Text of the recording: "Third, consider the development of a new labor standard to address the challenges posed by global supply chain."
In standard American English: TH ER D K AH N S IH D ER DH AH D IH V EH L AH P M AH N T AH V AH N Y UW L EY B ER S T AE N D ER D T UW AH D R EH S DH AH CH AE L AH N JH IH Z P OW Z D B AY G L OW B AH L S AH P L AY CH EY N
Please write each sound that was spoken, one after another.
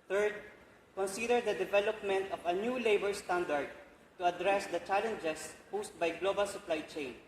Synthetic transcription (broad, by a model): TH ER D K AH N S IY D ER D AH D IH V EH L AH P M AH N T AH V AH N Y UW L EY B ER S T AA N D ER D T UW AH D R EH S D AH CH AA L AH N JH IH S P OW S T B AY G L OW B AH L S AH P L AY CH EY N